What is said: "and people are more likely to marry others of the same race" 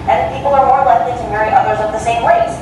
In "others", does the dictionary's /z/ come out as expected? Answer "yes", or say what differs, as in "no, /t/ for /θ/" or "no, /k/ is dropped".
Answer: yes